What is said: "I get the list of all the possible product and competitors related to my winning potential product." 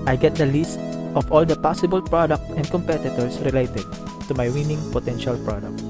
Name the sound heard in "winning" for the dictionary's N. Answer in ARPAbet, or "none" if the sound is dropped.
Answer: N